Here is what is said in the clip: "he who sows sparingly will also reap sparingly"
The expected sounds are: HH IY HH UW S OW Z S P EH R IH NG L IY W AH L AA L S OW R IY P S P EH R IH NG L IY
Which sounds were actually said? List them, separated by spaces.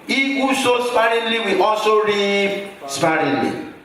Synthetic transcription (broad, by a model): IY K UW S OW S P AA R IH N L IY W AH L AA S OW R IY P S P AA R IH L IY